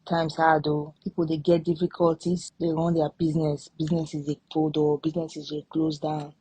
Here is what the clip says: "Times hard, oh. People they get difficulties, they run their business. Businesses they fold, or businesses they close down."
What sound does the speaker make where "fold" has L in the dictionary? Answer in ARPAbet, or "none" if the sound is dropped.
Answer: none